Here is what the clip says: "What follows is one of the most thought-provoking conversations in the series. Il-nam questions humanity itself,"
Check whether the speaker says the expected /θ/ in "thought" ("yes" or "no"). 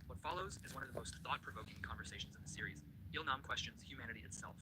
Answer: yes